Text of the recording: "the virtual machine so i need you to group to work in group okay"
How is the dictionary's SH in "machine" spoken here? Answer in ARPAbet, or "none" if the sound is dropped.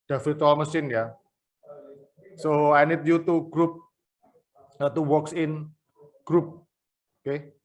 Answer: S